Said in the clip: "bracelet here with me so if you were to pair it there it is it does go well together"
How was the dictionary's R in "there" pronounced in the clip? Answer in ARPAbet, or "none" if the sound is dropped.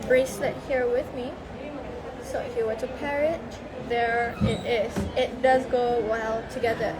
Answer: R